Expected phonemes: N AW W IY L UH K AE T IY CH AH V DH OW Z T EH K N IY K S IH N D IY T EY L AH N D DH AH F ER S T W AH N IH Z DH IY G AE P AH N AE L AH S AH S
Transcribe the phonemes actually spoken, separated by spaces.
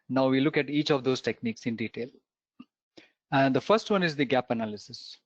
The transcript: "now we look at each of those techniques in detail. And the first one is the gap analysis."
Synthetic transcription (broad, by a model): N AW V IY L UH K AE T IY CH AH V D OW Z T EH K N IY K S IH N D IY T EY L AH N D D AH F ER S T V AH N IH Z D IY G AE P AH N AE L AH S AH S